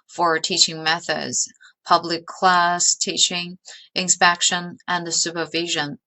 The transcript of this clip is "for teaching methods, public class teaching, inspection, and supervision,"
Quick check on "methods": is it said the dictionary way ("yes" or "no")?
yes